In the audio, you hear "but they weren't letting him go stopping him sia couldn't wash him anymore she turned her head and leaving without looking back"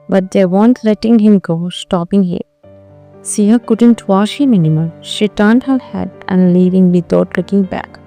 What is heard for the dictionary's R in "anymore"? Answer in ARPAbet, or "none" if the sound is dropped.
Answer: L